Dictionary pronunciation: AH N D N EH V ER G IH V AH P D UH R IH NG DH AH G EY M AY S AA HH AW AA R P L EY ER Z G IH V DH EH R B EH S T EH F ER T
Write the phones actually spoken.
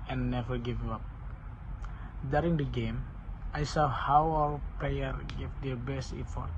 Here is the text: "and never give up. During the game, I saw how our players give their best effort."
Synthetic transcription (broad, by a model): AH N N EH V ER G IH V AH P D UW R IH NG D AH G EY M AY S AA HH AW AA L P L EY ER G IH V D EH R B EH S T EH F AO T